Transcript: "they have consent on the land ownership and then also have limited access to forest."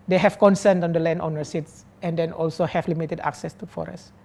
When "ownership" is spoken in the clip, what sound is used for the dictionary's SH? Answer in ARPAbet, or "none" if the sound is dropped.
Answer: S